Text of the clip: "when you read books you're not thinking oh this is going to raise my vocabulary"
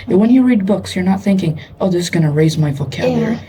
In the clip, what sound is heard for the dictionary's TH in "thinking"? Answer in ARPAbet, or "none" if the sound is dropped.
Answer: TH